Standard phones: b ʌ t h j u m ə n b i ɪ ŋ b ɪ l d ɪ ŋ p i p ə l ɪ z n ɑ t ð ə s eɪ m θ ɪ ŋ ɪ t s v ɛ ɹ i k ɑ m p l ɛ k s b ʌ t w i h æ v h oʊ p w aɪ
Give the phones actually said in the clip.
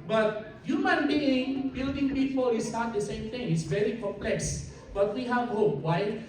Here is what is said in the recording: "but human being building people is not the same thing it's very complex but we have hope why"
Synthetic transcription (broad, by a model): b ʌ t h j u m ə n b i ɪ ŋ b ɪ l d ɪ ŋ b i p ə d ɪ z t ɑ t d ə s eɪ m t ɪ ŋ ɪ t s v ɛ ɹ i k ɑ m p l ɛ k s b ʌ t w i h æ v h oʊ p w aɪ